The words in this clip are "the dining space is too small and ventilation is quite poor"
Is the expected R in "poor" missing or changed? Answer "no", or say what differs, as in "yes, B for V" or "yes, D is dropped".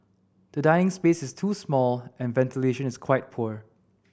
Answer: no